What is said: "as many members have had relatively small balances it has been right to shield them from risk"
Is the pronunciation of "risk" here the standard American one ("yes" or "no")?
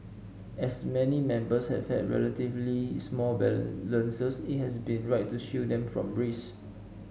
no